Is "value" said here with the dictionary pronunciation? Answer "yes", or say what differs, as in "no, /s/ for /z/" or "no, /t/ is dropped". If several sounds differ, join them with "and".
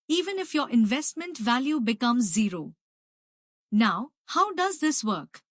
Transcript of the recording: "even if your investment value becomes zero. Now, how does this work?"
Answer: yes